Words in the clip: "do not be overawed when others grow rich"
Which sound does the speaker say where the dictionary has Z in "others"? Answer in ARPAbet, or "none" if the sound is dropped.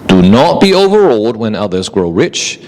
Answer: Z